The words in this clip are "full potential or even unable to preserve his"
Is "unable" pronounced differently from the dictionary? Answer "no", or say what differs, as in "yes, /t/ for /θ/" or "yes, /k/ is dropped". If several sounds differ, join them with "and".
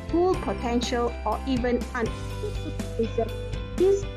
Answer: yes, /b/ is dropped